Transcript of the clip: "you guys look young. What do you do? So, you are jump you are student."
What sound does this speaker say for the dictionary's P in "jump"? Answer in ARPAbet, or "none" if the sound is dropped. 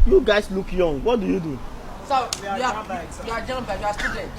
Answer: B